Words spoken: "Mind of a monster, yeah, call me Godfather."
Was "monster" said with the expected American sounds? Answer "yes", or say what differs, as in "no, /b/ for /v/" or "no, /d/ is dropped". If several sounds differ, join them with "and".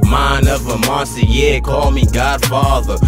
no, /n/ is dropped